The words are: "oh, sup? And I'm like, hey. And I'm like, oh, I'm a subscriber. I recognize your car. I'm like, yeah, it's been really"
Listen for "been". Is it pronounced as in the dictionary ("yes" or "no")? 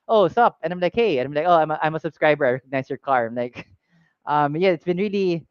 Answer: yes